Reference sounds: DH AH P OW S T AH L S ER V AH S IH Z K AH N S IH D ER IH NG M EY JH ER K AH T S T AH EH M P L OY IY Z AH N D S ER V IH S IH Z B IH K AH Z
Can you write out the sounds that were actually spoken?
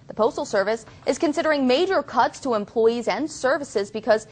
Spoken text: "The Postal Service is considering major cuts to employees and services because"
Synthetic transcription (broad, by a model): DH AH P OW S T L S ER V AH S IH Z K AH N S IH D ER IH NG M EY JH ER K AH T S T AH EH M P L OY IY Z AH N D S ER V IH S IH Z B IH K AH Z